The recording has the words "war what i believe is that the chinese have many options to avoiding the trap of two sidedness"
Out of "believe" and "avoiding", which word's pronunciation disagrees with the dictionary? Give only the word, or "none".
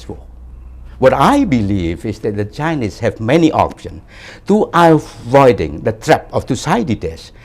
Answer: none